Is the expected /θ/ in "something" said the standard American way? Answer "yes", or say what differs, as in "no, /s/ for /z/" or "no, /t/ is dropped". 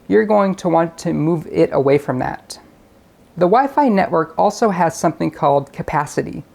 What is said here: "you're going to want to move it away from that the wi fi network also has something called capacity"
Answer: yes